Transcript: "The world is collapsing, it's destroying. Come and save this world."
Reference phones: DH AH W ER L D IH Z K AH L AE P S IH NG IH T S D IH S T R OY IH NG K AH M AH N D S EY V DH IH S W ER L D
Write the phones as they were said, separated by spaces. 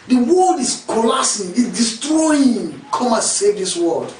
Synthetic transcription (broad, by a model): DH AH W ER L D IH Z K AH L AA S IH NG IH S D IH S T R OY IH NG K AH M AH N S EY V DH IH S W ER L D